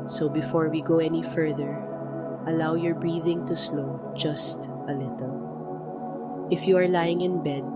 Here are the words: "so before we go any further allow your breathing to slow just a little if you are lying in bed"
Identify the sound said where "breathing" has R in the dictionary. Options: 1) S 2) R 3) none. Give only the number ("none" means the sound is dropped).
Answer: 2